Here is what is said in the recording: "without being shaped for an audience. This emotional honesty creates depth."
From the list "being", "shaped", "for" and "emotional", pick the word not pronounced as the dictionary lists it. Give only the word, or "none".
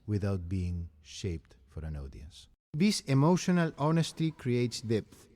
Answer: none